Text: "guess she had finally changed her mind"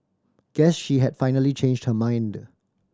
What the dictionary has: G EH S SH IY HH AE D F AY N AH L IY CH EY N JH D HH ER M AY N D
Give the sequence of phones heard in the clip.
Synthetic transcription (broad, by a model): G EH S SH IY HH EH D F AY N AH L IY CH EY N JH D HH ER M AY N D